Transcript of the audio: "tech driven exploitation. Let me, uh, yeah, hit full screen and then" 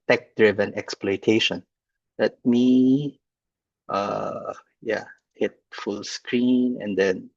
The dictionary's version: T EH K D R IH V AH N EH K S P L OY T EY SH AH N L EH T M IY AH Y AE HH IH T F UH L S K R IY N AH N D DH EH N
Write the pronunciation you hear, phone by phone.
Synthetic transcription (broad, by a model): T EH K D R IH V AH N EH K S P L OY T EY SH AH N L EH T M IY AH Y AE HH IH T F UH L S K R IY N AH N D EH N